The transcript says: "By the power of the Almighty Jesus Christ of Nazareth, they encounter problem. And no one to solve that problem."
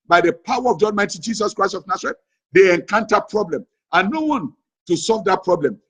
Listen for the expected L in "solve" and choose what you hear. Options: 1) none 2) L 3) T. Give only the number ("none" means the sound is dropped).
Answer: 2